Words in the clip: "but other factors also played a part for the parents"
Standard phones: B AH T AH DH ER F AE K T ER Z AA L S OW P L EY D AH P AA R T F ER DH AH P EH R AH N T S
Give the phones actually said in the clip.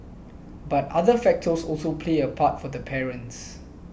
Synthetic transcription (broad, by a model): B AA T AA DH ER F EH K T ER S AA L S OW P L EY AH P AA T F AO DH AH P EH R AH N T S